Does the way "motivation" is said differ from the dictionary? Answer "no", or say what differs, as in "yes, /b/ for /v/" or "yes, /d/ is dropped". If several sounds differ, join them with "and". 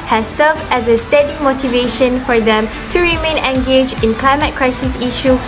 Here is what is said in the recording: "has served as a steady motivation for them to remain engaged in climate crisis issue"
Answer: no